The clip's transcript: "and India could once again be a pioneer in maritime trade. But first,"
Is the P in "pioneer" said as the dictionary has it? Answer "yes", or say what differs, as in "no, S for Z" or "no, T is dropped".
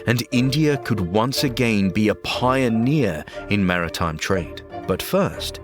yes